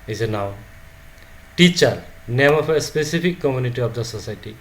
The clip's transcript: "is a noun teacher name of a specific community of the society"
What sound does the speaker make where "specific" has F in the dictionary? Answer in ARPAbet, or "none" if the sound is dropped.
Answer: P